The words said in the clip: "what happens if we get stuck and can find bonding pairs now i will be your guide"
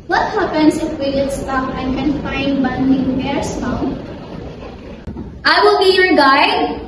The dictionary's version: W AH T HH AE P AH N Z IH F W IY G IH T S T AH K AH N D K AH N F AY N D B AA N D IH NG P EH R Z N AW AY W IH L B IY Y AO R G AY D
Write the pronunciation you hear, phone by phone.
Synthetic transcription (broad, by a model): W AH T HH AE P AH N S IH F W IY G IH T S T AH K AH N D K AH N F AY N D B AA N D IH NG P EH R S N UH AY W IH L B IY Y AO R G AY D